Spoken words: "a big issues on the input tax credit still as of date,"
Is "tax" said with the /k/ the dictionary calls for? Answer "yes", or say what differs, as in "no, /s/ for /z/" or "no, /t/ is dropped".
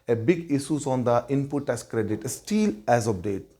no, /k/ is dropped